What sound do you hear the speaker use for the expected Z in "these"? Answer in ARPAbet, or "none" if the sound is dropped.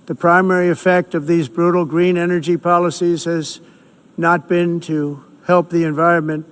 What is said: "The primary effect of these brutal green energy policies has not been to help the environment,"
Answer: Z